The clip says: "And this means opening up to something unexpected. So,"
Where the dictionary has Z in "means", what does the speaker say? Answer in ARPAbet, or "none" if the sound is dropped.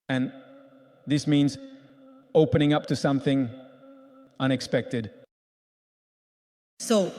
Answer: Z